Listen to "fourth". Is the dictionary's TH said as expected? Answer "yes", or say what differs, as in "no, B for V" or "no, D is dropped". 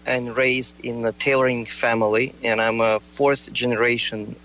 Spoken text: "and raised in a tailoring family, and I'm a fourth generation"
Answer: yes